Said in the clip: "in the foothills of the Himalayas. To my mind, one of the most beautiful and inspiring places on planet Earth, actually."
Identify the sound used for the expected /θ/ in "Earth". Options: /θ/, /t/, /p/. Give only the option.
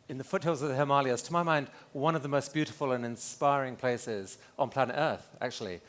/θ/